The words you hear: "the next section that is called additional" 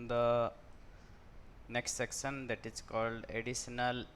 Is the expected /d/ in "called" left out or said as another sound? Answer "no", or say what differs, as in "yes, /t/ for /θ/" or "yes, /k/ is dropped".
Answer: no